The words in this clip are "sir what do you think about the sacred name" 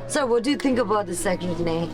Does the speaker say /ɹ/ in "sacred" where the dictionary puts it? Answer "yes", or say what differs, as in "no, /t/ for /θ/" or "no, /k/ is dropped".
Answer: no, /ɹ/ is dropped